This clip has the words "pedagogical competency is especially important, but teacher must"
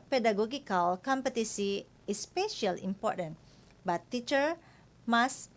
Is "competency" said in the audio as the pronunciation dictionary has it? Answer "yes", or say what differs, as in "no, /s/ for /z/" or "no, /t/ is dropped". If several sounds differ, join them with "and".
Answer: no, /n/ is dropped